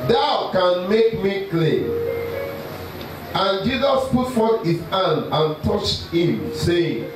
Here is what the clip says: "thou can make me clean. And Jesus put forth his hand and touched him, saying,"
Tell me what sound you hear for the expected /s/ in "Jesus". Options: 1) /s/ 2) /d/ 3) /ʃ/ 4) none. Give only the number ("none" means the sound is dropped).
1